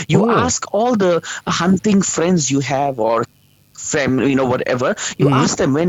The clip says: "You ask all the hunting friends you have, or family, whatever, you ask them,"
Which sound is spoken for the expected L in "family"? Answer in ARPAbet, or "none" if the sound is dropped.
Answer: N